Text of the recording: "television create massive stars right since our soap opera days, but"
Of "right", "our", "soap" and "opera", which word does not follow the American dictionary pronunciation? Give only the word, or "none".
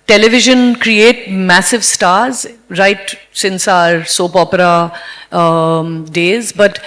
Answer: none